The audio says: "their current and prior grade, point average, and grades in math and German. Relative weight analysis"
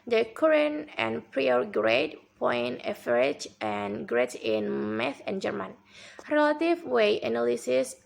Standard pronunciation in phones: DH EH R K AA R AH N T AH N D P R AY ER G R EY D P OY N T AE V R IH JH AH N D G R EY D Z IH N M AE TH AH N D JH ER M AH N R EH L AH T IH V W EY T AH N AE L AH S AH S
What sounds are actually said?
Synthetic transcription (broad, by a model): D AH K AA R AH N AH N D P R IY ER G R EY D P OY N EH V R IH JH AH N G R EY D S IH N M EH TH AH N JH ER M AH N R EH L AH T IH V W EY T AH N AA L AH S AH S